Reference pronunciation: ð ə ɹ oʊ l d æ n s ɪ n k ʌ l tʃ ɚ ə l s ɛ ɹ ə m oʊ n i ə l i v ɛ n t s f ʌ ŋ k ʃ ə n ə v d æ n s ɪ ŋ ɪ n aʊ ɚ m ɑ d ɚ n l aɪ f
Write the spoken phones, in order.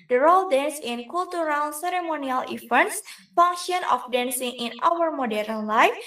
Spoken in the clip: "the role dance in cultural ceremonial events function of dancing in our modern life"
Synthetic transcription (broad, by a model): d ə ɹ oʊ l d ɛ n s ɪ n k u l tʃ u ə l s ɛ ɹ ə m oʊ n i ə l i f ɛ n s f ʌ ŋ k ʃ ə n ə f d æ n s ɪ ŋ ɪ n aʊ ɚ m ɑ d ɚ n l aɪ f